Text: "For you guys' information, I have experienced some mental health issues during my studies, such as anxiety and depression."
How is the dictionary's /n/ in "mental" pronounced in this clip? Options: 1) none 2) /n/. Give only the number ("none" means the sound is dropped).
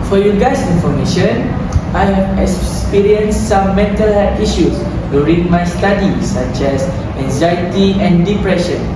2